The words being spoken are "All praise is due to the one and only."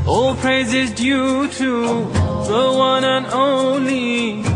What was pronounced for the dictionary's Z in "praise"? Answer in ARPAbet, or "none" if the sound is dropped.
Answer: Z